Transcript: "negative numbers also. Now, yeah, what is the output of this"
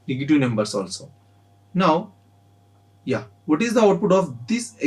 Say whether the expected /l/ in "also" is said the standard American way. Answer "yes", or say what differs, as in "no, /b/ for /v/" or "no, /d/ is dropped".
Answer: yes